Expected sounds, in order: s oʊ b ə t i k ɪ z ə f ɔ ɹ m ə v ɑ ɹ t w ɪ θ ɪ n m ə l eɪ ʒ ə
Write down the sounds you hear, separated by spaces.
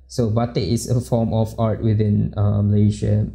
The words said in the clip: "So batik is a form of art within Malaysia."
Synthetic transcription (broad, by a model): s oʊ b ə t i ɪ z ə f ɔ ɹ m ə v ɑ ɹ t w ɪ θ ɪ n m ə l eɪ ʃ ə